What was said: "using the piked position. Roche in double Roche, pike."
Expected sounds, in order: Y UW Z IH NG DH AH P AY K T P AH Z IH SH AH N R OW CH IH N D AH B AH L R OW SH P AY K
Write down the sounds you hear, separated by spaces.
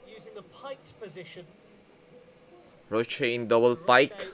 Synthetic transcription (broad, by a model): Y UW Z IH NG DH AH P AY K P AH Z IH SH AH N R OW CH IH N D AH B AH L P AY K